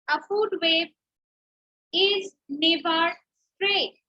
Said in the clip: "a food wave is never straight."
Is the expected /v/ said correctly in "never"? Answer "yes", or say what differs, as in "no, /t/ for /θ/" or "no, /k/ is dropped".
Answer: no, /b/ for /v/